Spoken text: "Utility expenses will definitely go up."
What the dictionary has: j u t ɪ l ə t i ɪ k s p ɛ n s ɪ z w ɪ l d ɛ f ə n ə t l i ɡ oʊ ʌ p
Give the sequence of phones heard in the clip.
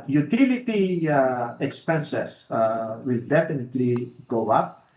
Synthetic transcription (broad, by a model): j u t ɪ l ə t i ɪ k s p ɛ n s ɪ s w ɪ l d ɛ f ə n ə t l i ɡ oʊ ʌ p